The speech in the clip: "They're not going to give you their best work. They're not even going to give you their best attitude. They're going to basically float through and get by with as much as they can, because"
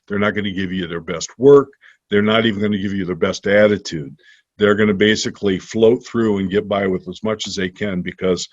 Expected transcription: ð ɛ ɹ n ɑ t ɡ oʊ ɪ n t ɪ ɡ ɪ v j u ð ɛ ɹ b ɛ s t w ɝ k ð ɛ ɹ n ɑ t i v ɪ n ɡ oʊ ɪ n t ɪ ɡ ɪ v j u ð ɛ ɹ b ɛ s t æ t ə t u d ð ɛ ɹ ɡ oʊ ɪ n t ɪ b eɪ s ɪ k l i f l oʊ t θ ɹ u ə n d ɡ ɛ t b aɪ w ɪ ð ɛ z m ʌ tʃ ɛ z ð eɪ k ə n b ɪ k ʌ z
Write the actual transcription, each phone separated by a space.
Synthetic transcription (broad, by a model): ð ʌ ɹ n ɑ t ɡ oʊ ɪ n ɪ ɡ ɪ v j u ð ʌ ɹ b ɛ s t w ɝ k ð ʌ ɹ n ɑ t i v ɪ n ɡ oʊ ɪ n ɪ ɡ ɪ v j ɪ ð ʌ ɹ b ɛ s t æ t ə t u d ð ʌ ɹ ɡ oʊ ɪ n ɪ b eɪ s ɪ k l i f l oʊ t θ ɹ u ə n ɡ ɛ t b aɪ w ɪ ð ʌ z m ʌ tʃ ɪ z ð eɪ k ə n b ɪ k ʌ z